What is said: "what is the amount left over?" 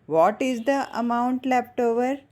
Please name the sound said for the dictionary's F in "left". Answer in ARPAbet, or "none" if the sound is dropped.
P